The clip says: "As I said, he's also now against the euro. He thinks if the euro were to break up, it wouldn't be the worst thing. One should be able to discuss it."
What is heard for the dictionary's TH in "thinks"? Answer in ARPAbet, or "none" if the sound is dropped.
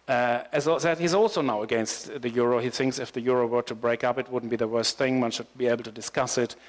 TH